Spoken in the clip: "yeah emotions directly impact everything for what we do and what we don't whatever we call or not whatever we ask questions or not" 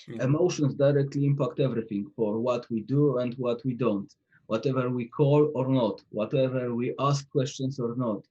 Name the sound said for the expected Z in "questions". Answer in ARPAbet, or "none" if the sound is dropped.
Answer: S